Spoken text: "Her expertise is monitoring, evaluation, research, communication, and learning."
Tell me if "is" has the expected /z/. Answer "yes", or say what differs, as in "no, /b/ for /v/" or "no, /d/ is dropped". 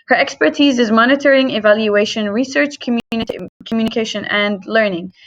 yes